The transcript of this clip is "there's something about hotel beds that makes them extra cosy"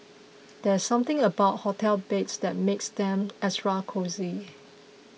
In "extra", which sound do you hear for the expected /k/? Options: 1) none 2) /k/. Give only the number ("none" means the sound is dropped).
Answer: 1